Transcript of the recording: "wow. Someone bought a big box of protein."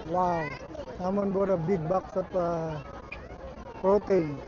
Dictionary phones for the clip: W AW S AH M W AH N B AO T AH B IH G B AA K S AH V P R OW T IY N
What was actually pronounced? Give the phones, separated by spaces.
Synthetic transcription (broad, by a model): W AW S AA M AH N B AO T AH B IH G B AA K S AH P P R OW T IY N